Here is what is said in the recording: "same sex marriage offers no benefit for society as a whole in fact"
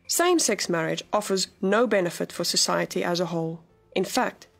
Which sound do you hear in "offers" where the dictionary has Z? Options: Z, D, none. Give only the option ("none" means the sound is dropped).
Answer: Z